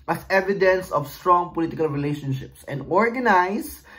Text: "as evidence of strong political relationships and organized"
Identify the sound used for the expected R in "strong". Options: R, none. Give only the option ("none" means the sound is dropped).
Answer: R